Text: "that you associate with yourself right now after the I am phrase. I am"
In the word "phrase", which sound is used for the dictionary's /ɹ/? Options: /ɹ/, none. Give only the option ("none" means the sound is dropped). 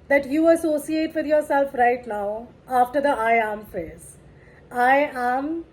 none